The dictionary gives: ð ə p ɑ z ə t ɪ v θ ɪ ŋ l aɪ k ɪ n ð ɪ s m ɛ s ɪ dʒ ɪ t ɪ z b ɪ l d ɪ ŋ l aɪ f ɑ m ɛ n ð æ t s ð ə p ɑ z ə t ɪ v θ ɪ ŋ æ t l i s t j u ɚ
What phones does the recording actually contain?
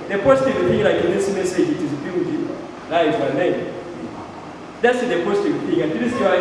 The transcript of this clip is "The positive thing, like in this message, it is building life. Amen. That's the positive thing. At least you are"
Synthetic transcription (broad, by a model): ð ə p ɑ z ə t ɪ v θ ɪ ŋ l aɪ k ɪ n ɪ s m ɛ s ɪ dʒ ɪ t ɪ z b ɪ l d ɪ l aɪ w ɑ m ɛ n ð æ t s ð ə p ɑ z ə t ɪ v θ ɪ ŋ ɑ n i t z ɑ